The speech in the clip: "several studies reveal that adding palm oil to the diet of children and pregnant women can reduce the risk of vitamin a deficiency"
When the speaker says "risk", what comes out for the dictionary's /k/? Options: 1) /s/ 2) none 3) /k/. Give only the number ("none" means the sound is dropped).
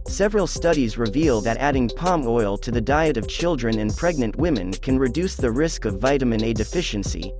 3